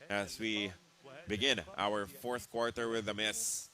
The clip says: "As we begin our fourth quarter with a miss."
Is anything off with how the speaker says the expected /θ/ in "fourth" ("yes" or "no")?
no